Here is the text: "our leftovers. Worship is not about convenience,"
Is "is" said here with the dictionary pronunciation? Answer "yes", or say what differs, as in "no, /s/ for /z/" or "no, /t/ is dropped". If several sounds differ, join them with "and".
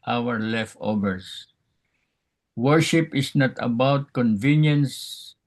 no, /s/ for /z/